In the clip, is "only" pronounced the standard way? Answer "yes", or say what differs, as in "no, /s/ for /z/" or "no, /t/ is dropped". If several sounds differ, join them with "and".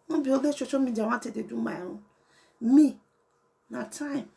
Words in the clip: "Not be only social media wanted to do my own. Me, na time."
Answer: no, /n/ is dropped